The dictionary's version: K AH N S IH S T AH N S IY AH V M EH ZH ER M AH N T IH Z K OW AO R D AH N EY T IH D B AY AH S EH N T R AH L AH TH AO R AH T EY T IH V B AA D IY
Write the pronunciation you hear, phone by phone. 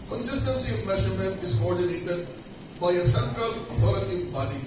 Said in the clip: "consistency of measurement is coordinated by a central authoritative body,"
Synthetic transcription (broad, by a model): K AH N S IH S T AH N S IY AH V M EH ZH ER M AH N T IH Z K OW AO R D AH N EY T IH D B AY AH S EH N T R AH L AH F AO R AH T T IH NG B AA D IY